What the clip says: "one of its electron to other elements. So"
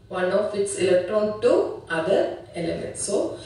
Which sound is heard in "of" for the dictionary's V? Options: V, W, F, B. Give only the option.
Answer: F